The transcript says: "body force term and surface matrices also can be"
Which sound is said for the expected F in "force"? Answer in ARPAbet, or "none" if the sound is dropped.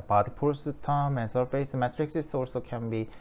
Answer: P